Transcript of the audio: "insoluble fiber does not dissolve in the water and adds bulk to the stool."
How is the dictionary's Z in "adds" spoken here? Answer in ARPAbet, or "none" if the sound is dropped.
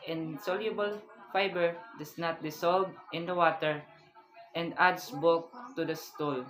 S